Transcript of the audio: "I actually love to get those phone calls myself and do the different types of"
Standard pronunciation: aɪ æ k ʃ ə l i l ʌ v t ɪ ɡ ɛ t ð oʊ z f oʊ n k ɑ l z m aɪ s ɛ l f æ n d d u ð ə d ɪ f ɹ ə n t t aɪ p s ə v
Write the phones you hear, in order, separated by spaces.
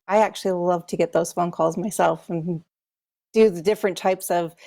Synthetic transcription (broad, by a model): aɪ æ k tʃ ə l i l ʌ v t ɪ ɡ ɛ t ð oʊ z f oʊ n k ɑ l z m aɪ s ɛ l f n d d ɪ ð ə d ɪ f ɹ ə n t t aɪ p s ə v